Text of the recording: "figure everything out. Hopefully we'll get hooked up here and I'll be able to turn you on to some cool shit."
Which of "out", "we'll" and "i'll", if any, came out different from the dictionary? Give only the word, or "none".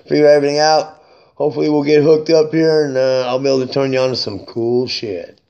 none